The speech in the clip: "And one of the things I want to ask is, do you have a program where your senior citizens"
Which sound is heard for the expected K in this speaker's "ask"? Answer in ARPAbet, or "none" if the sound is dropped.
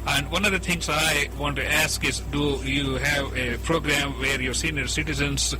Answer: K